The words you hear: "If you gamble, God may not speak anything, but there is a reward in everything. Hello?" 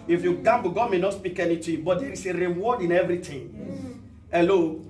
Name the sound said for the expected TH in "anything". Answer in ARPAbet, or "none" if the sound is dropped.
T